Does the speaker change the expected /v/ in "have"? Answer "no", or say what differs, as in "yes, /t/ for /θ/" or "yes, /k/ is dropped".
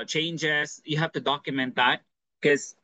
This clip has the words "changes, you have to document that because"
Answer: yes, /f/ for /v/